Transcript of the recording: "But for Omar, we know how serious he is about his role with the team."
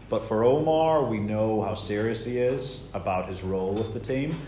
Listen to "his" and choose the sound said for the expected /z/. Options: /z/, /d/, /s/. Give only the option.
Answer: /z/